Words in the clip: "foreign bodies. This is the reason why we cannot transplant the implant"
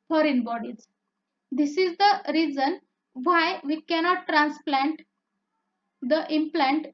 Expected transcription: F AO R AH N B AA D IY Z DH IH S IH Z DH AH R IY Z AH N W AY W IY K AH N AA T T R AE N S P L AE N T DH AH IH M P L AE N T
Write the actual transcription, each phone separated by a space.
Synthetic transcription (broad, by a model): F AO R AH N B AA D IY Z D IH S IH Z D AH R IY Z AH N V AY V IY K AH N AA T T R AE N S P L AE N T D AH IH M P L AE N T